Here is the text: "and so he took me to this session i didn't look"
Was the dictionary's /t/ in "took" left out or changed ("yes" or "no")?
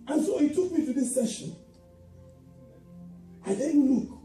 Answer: no